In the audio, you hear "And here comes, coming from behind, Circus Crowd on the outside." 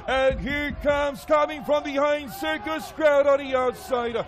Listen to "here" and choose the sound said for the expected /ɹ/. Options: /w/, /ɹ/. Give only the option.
/ɹ/